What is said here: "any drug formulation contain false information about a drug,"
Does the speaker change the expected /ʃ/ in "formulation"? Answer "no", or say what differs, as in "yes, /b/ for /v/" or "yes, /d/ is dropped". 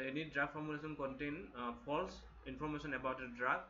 yes, /s/ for /ʃ/